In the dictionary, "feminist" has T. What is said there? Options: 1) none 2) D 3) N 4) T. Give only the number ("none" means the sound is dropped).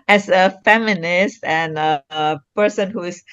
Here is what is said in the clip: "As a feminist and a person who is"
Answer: 4